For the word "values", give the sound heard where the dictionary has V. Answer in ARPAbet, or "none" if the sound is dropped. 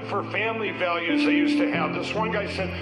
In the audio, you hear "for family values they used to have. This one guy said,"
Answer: V